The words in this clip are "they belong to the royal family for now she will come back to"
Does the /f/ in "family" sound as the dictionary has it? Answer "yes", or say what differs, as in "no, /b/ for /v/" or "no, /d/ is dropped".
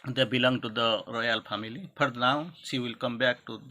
no, /p/ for /f/